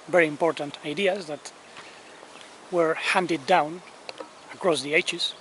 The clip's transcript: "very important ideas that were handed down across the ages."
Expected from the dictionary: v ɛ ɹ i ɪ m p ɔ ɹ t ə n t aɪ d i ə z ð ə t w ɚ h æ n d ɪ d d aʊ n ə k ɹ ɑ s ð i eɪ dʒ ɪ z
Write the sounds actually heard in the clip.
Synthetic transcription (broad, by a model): v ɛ ɹ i ɪ m p ɔ ɹ t ə n t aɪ d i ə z ð ə t w ɚ h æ n d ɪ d d aʊ n ə k ɹ ɑ s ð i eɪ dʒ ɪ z